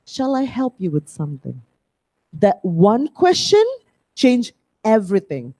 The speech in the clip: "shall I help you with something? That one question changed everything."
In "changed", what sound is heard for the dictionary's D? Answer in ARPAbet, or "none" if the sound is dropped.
none